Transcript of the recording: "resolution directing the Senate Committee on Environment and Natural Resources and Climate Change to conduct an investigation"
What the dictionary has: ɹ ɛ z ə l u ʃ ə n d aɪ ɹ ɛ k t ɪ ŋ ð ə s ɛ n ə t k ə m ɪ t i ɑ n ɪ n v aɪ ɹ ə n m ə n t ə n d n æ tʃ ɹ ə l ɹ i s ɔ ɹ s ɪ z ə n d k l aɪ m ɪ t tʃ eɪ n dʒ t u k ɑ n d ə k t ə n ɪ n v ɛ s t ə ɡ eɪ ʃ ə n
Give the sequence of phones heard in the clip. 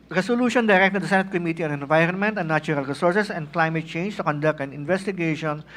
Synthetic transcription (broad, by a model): ɹ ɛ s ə l u ʃ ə n d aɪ ɹ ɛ k t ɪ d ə s ɛ n ə t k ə m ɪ t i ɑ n ɪ n v aɪ ɹ ə n m ə n t ə n d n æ tʃ ɹ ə l ɹ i s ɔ ɹ s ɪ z ə n d k l aɪ m ɪ t tʃ eɪ n dʒ t u k ɑ n d ə k t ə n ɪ n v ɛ s t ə ɡ eɪ ʃ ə n